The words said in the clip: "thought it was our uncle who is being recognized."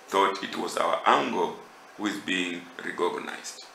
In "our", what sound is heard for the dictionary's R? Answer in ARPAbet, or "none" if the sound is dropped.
W